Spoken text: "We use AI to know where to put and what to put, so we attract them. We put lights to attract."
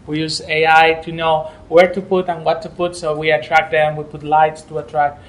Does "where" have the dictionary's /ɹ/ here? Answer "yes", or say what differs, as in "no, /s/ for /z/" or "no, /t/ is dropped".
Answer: yes